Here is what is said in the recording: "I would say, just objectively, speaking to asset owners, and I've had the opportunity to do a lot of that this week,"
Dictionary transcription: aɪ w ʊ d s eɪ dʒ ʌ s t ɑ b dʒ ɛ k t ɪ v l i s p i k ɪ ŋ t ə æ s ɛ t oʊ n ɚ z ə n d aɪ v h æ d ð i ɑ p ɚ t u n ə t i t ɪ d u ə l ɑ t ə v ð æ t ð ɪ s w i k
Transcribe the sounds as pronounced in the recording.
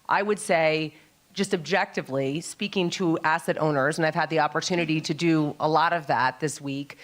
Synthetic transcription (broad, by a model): aɪ w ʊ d s eɪ dʒ ʌ s t ɑ b dʒ ɛ k t ɪ v l i s p i k ɪ ŋ t ə æ s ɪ t oʊ n ɚ z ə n aɪ v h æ d ð i ɑ p ɚ t u n ə t i t ɪ d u ə l ɑ t ə v ð æ t ð ɪ s w i k